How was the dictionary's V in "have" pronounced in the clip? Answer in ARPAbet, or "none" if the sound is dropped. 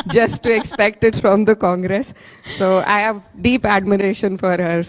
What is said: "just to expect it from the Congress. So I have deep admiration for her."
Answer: V